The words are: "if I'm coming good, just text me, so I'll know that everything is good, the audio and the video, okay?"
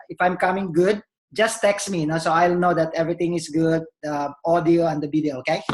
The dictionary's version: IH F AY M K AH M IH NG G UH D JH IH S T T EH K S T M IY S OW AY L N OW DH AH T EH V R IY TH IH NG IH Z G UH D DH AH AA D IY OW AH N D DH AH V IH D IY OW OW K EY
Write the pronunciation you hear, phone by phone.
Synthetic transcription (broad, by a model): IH F AY M K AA M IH NG G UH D JH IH S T T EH K S M IY S OW AY L N OW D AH T EH V R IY T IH NG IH S G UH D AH AA D IY OW AH N D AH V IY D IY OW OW K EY